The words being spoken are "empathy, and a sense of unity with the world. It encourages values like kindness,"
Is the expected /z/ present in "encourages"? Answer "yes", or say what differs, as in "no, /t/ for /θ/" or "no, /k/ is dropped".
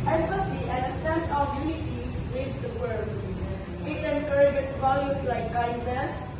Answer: no, /s/ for /z/